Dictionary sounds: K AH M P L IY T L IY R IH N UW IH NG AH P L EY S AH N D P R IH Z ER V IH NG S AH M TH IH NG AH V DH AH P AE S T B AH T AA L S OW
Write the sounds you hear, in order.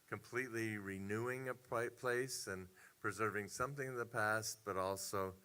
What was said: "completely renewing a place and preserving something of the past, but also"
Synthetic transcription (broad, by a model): K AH M P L IY T L IY R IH N UW IH NG AH P L EY S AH N P R IH Z ER V IH NG S AH M TH IH NG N DH AH P AE S T B AH T AA L S OW